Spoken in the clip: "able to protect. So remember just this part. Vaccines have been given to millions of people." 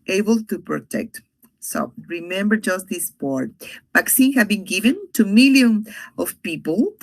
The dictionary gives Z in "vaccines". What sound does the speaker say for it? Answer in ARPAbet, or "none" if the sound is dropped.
none